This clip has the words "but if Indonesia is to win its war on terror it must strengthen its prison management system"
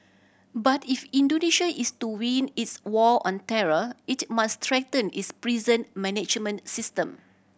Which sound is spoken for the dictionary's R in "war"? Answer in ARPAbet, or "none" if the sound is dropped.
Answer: L